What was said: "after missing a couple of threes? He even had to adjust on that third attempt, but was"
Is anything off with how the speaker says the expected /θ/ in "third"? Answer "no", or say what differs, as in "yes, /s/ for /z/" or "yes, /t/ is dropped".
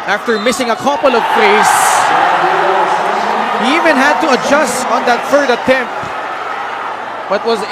yes, /f/ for /θ/